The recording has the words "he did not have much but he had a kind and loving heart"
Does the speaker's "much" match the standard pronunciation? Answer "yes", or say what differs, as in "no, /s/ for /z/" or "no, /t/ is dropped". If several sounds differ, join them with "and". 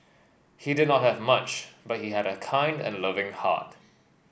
yes